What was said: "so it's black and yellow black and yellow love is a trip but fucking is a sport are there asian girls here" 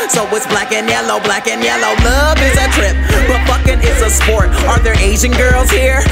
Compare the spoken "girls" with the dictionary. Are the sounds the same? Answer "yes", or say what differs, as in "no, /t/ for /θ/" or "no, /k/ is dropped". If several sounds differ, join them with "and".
yes